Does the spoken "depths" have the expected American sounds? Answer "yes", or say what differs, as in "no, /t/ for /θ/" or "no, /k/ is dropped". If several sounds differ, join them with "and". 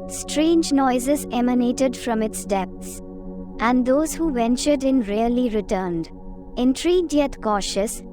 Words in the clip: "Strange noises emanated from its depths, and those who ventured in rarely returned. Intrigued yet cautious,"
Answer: no, /t/ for /θ/